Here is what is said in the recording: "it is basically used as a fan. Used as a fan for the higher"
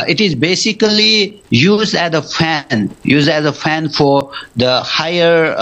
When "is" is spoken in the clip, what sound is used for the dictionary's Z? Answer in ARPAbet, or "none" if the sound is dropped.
Z